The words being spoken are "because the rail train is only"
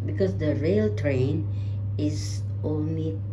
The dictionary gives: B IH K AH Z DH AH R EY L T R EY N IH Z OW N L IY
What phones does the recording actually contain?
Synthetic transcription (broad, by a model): B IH K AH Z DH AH R EY L T R EY N IH Z OW N L IY